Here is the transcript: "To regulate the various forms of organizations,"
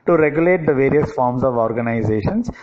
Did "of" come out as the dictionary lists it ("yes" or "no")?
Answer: yes